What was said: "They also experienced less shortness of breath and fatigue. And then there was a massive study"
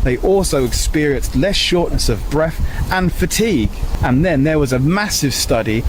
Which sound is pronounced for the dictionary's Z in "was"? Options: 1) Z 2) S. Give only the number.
1